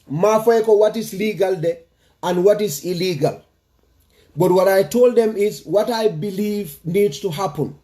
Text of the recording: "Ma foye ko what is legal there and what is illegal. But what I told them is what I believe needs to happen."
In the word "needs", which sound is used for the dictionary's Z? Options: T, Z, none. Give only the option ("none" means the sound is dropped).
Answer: none